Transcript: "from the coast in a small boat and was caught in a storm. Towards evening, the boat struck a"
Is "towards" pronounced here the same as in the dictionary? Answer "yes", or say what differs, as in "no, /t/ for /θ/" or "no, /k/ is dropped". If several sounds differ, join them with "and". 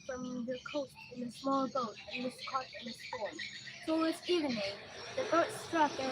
no, /s/ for /t/